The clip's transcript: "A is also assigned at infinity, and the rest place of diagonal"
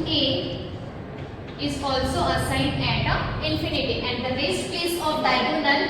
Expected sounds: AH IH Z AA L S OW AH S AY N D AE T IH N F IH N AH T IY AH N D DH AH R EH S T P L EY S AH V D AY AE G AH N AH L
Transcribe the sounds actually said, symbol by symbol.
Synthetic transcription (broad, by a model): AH IH Z AA L S OW AH S AY N D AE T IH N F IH N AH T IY AH N D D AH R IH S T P EY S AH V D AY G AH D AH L